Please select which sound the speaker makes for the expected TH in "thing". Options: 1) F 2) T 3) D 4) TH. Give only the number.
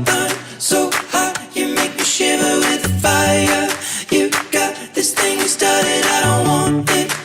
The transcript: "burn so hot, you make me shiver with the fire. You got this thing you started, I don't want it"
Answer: 4